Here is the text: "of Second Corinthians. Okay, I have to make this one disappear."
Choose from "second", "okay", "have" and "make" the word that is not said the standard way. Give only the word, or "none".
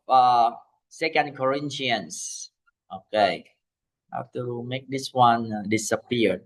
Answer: have